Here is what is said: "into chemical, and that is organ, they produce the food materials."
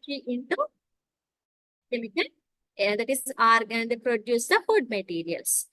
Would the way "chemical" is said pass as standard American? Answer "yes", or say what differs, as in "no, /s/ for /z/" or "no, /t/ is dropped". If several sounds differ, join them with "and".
no, /n/ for /l/